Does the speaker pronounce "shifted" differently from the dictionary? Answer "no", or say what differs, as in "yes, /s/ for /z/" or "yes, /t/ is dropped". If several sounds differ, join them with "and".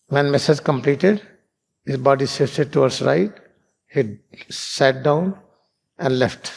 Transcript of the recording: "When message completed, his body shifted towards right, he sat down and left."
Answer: yes, /s/ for /ʃ/